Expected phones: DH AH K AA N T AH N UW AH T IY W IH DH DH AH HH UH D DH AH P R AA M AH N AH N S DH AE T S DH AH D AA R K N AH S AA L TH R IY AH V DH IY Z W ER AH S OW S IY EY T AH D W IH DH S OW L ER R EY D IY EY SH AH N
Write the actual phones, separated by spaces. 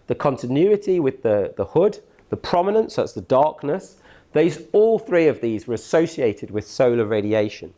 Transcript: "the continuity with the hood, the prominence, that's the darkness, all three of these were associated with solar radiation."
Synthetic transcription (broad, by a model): DH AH K AA N T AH N UW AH T IY W IH DH DH AH HH UH D DH AH P R AA M AH N AH N S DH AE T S DH AH D AA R K N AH S AA L TH R IY AH V DH IY Z W ER AH S OW S IY EY T AH D W IH DH S OW L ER R EY D IY EY SH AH N